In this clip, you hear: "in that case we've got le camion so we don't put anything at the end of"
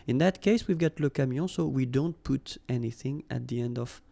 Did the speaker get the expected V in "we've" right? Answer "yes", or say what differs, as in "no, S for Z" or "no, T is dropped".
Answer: yes